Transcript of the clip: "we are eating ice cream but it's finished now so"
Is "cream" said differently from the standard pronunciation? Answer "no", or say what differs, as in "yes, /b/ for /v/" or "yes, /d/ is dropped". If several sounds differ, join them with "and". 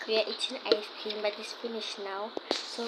yes, /ɹ/ is dropped